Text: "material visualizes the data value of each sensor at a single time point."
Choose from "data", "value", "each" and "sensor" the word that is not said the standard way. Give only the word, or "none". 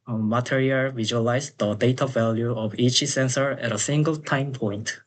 none